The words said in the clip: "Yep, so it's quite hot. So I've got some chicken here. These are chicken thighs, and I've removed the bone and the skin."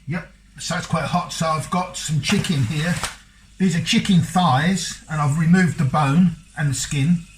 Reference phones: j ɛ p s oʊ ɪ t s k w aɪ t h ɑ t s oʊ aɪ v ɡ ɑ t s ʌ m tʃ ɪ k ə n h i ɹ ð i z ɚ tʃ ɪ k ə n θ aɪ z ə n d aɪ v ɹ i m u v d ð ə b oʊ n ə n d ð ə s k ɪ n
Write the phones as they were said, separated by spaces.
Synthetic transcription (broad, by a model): j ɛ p s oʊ ɪ t s k w aɪ t h ɑ t s oʊ aɪ v ɡ ɑ t s ʌ m tʃ ɪ k ə n h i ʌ ð i z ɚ tʃ ɪ k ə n θ aɪ z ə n aɪ v ɹ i m u v ð ə b oʊ n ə n ð ə s k ɪ n